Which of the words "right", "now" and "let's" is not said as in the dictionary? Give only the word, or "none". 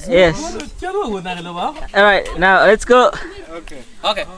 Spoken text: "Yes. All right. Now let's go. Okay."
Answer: none